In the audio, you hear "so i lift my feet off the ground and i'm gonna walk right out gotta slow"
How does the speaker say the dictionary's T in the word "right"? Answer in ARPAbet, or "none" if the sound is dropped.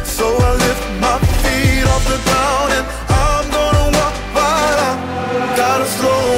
none